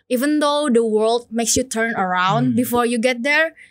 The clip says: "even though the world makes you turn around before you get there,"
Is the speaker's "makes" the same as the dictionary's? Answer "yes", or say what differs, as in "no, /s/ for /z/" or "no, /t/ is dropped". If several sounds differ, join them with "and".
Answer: yes